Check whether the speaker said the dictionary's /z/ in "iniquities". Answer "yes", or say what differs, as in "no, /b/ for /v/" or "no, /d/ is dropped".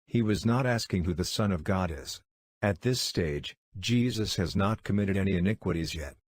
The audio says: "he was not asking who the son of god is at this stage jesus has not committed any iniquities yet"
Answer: yes